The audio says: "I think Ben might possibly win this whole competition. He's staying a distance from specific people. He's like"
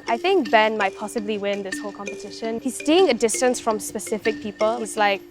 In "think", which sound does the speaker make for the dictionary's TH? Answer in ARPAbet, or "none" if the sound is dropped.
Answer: TH